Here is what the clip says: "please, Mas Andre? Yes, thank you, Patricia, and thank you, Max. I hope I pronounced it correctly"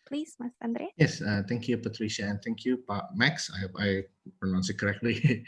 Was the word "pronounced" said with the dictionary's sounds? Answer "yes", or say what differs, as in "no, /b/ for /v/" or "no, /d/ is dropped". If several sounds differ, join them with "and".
no, /t/ is dropped